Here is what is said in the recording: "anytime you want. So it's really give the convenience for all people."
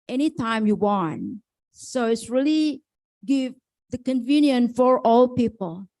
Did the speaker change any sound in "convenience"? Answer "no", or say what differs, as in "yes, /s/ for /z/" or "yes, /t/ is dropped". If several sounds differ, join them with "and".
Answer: yes, /s/ is dropped